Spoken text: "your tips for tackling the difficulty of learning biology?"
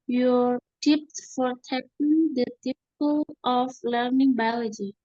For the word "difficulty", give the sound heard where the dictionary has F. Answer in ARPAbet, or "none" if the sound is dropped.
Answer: P